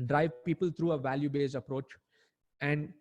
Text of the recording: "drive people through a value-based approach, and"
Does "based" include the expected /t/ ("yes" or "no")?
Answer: no